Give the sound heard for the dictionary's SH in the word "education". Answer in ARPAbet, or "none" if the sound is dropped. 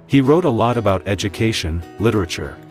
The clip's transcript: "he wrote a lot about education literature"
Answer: SH